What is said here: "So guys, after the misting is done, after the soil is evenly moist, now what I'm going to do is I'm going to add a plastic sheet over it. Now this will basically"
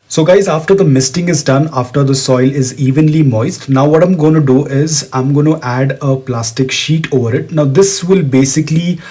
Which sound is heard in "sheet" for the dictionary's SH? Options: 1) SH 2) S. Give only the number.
1